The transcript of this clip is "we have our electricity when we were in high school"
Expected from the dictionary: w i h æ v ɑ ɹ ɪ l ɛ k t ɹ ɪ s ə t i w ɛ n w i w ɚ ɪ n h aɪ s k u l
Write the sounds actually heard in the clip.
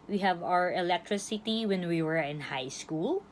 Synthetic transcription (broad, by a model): w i h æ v ɑ ɹ ɪ l ɛ k t ɹ ɪ s ə t i w ɛ n w i w ɚ ɪ n h aɪ s k u l